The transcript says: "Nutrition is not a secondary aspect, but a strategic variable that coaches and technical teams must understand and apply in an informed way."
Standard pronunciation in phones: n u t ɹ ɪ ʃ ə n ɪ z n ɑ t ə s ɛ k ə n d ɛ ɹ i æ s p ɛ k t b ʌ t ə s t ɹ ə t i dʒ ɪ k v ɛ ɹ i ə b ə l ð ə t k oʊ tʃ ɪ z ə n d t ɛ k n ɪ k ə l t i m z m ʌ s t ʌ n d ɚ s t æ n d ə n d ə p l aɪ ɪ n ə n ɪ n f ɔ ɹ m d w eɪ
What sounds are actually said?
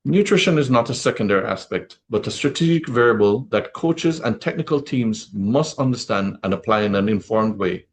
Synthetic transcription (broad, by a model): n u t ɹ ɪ ʃ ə n ɪ z n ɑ t ə s ɛ k ə n d ɛ ɹ i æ s p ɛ k t b ʌ t ə s t ɹ ə t i dʒ ɪ k v ɛ ɹ i ə b ə l ð ə t k oʊ tʃ ɪ z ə n t ɛ k n ɪ k ə l t i m z m ʌ s t ʌ n d ɚ s t æ n d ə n ə p l aɪ ɪ n ə n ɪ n f ɔ ɹ m d w eɪ